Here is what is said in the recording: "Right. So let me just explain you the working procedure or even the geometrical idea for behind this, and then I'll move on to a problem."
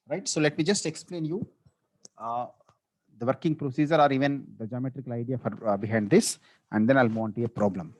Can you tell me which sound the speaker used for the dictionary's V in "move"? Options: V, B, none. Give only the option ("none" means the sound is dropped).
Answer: none